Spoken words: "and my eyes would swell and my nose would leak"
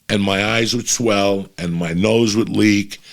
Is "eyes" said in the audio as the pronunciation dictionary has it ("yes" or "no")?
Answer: yes